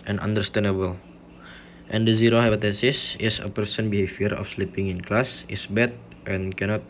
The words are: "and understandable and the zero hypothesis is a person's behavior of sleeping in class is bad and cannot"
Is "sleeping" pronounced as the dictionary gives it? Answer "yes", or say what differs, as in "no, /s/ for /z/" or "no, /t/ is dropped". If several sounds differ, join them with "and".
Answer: yes